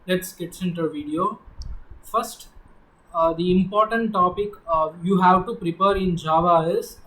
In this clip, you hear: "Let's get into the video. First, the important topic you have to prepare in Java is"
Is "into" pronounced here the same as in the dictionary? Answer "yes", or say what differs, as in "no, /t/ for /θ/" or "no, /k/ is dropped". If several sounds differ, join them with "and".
yes